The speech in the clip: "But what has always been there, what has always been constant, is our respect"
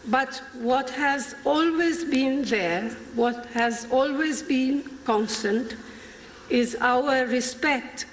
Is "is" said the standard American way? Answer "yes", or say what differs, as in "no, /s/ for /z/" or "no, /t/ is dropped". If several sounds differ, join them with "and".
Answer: yes